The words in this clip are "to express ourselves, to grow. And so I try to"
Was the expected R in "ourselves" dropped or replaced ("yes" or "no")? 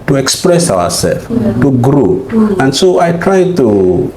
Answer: yes